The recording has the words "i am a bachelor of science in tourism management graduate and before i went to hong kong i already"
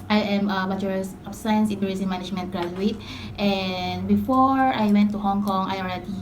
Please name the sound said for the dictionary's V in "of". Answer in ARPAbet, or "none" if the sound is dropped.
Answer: B